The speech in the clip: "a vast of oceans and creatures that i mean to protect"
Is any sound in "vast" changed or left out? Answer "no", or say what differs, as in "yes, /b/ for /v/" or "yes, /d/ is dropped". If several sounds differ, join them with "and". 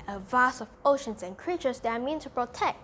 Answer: yes, /t/ is dropped